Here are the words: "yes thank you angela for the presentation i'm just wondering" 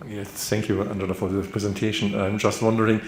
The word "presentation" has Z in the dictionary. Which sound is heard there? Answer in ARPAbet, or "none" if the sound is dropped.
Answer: Z